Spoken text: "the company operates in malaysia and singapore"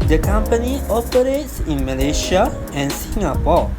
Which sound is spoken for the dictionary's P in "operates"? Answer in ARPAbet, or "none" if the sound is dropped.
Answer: P